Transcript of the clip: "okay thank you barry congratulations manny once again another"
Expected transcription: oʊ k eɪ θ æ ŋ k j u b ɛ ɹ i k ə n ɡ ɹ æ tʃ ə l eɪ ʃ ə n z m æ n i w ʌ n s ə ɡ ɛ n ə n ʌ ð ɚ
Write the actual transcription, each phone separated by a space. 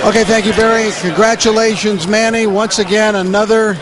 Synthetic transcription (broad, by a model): oʊ k eɪ θ æ ŋ k j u b ɛ ɹ i k ə n ɡ ɹ æ tʃ ə l eɪ ʃ ə n z m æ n i w ʌ n s ə ɡ ɛ n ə n ʌ ð ɚ